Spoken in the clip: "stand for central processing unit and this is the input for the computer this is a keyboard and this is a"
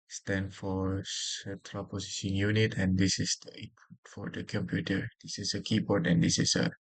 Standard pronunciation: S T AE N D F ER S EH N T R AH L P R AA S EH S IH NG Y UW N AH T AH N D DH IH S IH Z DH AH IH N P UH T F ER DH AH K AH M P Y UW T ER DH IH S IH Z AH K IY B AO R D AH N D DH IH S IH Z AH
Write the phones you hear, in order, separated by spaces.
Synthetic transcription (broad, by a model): S T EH N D F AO S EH T R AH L P AA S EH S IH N Y UW N AH T AH N D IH S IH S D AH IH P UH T F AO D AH K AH M P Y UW T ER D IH S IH S AH K IY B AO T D AH N D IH S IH S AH